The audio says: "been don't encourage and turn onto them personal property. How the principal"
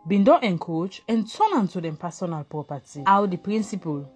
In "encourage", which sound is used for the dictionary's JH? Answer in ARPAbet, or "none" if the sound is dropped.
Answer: CH